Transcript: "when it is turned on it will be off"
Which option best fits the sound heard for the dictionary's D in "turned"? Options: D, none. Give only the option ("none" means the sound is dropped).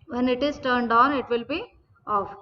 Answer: D